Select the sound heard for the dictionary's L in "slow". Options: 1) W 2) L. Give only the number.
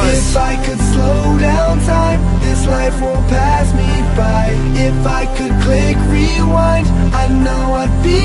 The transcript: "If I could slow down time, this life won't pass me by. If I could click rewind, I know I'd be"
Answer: 2